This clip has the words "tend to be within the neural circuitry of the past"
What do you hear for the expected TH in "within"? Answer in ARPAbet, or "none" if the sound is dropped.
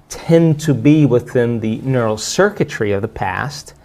TH